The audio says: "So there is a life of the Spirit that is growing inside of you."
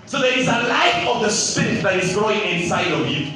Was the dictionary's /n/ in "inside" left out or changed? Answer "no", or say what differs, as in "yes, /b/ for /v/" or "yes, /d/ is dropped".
no